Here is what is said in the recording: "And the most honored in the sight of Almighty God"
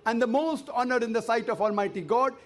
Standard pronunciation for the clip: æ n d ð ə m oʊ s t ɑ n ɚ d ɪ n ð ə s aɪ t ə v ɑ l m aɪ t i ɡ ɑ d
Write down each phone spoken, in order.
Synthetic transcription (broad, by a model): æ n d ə m oʊ s t ɑ n ɚ d ɪ n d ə s aɪ t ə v ɑ l m aɪ t i ɡ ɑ d